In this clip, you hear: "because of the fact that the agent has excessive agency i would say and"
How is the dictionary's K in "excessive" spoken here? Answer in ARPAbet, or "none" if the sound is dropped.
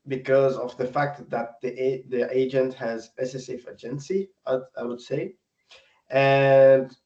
none